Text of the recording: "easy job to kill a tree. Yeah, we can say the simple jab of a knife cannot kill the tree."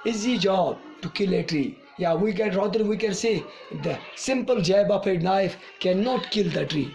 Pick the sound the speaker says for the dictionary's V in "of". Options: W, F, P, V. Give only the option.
P